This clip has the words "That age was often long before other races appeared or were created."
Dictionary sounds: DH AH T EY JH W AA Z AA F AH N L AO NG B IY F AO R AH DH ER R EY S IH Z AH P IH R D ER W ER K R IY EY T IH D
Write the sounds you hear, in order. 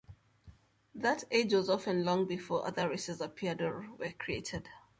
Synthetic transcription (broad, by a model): DH AH T EY JH W AA Z AA F AH N L AO NG B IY F AO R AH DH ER R EY S IH Z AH P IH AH D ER W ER K R IY EY T IH D